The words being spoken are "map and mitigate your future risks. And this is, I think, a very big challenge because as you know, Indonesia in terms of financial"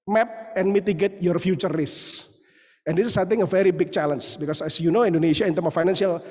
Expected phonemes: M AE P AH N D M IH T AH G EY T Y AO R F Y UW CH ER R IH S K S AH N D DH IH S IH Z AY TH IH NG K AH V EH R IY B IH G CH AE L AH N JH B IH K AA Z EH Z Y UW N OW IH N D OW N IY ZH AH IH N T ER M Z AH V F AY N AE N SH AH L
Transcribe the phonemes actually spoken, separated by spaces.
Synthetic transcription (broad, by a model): M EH P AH N M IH T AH G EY T Y AO R F Y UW CH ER R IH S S AH N D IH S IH S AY T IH NG AH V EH R IY B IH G CH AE L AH N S B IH K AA S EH S Y UW N OW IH N D OW N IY SH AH IH N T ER M AH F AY N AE N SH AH L